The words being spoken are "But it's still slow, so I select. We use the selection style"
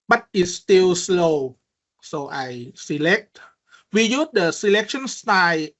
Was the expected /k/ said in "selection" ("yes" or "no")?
yes